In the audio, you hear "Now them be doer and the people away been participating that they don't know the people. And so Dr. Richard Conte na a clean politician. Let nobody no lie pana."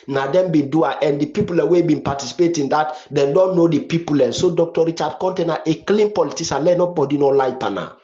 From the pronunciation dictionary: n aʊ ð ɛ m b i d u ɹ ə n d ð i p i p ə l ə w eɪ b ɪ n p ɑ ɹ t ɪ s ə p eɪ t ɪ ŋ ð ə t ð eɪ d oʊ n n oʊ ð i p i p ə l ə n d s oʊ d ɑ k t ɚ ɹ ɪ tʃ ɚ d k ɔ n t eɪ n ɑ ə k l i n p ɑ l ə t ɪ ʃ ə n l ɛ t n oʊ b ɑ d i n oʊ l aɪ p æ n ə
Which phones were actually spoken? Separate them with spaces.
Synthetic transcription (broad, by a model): n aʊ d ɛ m b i d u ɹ ə n d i p i p ə l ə w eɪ b ɪ n p ɑ t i s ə p eɪ t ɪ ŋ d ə t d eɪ d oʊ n n oʊ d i p i p ə l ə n s oʊ d ɑ k t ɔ ɹ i tʃ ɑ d k ɔ n t eɪ n ɑ ə k l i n p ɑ l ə t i s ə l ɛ n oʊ b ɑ d i n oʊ l aɪ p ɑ n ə